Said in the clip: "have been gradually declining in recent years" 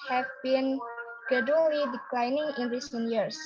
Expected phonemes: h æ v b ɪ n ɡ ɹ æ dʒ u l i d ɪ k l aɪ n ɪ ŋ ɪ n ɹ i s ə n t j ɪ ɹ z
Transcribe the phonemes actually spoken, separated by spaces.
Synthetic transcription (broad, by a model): h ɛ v b ɪ n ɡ ɛ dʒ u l i d ɪ k l aɪ n ɪ ŋ ɪ n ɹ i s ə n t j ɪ ɹ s